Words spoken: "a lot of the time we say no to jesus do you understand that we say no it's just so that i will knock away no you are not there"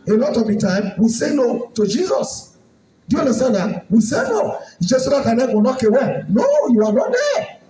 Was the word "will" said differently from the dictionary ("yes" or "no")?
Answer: yes